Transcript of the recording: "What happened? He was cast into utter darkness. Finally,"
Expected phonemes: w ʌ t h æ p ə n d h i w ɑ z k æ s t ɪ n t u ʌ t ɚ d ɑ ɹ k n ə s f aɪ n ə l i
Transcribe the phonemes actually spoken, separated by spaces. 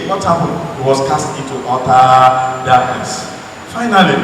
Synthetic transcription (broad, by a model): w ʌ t h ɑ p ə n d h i w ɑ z k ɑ s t ɪ n t u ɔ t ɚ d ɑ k ə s f aɪ n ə l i